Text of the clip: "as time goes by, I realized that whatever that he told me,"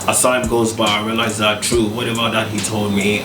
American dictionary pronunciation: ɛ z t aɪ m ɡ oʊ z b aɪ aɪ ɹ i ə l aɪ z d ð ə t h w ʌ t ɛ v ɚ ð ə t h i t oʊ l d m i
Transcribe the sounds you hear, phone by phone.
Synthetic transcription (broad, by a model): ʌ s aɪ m ɡ oʊ z b aɪ aɪ ɹ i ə l aɪ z ð ə t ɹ w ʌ t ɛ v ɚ ð ə t h i t oʊ l d m i